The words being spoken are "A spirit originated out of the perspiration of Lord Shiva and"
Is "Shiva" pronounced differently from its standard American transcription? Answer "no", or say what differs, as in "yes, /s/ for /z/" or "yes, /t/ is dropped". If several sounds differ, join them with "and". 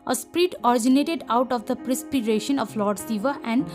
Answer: yes, /s/ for /ʃ/